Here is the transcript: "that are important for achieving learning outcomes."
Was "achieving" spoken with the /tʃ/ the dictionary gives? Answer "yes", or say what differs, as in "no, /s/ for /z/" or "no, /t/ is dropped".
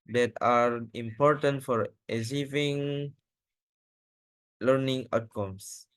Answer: no, /s/ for /tʃ/